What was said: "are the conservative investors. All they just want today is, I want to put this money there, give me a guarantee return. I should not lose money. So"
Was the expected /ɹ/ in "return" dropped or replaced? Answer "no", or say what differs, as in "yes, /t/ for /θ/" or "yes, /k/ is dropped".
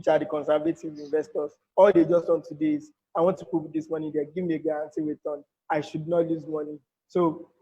yes, /w/ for /ɹ/